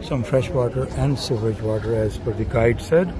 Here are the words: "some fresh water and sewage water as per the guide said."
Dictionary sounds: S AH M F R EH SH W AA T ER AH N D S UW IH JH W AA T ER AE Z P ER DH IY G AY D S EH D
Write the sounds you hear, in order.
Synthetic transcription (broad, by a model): S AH M F R EH SH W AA T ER AH N D S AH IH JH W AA T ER AE Z F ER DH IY G AY D S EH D